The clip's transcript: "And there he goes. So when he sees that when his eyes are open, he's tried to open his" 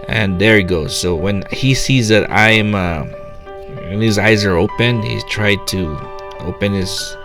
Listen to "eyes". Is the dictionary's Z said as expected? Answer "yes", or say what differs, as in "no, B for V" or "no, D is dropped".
yes